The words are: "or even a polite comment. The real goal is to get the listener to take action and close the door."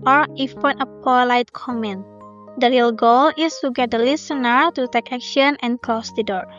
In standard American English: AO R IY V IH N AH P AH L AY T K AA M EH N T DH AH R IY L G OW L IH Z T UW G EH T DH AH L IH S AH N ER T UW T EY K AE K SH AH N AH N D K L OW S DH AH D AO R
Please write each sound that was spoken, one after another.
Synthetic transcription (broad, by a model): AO R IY F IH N AH P AH L AY T K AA M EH N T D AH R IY L G OW L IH S T UW G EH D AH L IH S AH N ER T UW T EY K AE K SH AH N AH N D K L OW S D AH D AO R